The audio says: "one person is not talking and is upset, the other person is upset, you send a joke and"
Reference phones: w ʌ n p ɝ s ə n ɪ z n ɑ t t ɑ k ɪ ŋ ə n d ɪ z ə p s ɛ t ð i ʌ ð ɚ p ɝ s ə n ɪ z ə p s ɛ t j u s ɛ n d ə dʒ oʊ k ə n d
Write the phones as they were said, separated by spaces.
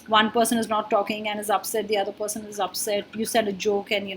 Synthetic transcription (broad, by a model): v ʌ n p ɝ s ə n ɪ z n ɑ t t ɑ k ɪ ŋ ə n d ɪ z ə p s ɛ t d i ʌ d ɚ p ɝ s ə n ɪ z ə p s ɛ t j u s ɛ d ə dʒ oʊ k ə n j